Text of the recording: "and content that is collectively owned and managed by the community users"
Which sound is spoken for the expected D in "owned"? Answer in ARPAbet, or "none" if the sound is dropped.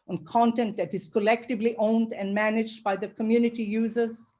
D